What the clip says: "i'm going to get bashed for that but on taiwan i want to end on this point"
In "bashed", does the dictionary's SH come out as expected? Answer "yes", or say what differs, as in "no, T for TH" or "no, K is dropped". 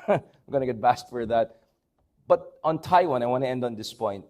no, S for SH